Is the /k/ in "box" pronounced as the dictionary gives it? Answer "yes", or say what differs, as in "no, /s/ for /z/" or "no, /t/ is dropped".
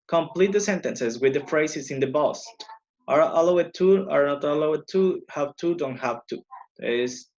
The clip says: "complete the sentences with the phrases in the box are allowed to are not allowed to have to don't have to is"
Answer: no, /k/ is dropped